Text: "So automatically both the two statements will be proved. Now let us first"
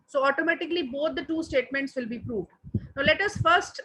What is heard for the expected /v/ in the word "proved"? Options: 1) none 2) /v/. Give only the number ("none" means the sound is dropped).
2